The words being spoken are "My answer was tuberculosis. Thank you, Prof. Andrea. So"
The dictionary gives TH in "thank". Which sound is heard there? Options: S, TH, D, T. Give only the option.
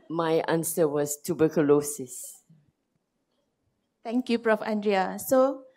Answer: T